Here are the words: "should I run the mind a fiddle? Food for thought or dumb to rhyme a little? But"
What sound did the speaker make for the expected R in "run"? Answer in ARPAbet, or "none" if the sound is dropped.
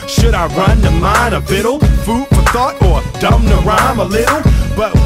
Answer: R